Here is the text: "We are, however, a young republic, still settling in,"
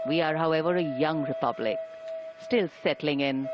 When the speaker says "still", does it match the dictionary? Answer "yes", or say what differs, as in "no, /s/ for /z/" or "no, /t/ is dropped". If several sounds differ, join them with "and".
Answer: yes